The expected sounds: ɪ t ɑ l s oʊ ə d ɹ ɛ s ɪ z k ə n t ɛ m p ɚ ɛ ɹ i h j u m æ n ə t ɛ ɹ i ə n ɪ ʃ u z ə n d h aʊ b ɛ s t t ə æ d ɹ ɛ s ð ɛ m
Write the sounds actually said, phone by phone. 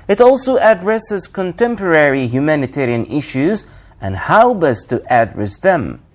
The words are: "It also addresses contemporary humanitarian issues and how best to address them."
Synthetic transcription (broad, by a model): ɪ t ɑ l s oʊ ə d ɹ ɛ s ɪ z k ə n t ɛ m p ɚ ɛ ɹ i h j u m æ n ə t ɛ ɹ i ə n ɪ ʃ u z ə n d h aʊ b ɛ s t t æ d ɹ ɛ s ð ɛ m